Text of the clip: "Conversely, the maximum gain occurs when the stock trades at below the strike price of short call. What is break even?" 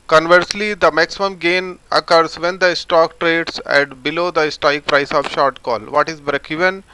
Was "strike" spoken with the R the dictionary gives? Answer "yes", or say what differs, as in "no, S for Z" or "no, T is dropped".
no, R is dropped